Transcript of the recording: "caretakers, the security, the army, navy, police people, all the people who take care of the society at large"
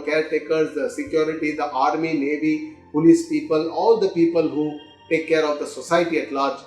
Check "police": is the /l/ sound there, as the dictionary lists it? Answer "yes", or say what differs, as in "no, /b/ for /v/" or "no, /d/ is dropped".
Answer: no, /n/ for /l/